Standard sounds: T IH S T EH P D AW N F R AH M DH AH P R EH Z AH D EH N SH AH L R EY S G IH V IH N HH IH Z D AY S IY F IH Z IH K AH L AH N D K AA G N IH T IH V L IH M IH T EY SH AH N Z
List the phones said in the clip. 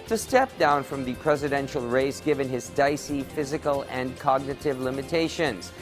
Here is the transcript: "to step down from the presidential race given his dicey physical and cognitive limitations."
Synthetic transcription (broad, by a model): T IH S T EH P D AW N F R AH M DH AH P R EH Z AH D EH N SH L R EY S G IH V IH N IH Z D AY S IY F IH Z IH K AH L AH N K AA G N IH T IH V L IH M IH T EY SH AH N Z